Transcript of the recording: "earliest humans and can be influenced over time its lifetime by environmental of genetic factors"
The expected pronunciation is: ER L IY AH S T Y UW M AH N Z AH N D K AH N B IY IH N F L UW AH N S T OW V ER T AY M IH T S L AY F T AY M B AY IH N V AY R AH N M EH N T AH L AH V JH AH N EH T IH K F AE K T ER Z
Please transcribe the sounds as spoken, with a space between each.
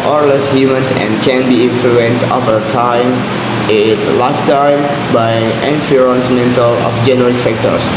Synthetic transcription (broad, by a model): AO L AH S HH Y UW M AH N S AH N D K AH N B IY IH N F L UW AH N S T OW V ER T AY M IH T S L AY F T AY M B AY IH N F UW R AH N M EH N T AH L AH F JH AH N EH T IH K F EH K T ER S